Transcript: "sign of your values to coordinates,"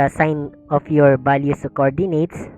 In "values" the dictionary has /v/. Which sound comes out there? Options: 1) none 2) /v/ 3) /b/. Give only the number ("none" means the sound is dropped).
3